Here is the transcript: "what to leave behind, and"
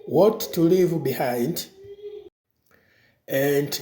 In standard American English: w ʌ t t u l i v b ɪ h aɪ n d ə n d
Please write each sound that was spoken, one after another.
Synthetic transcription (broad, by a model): w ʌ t t u l i v b ɪ h aɪ n d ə n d